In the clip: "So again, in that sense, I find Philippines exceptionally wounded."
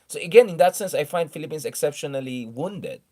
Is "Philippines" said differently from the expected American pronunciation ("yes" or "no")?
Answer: yes